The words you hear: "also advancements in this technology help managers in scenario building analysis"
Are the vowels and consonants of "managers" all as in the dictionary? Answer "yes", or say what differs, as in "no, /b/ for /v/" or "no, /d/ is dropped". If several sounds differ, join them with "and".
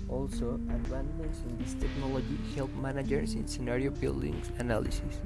no, /s/ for /z/